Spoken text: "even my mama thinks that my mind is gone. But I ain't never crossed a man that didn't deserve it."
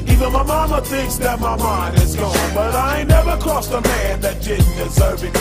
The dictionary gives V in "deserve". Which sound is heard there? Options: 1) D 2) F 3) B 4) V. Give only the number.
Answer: 3